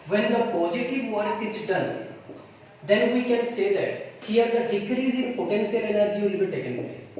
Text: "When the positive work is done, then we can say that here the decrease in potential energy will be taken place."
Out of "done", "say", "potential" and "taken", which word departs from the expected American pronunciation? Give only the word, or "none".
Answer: potential